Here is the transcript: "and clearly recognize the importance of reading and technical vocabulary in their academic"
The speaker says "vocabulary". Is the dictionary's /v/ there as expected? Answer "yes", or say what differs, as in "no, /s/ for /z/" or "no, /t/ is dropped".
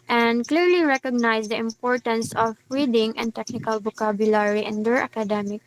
no, /b/ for /v/